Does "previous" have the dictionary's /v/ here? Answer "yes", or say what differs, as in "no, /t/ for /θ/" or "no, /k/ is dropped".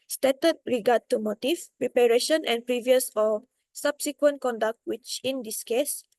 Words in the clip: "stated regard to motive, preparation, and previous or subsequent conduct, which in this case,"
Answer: yes